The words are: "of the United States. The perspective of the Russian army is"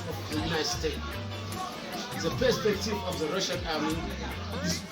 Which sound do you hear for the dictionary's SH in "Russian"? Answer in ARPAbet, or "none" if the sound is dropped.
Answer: SH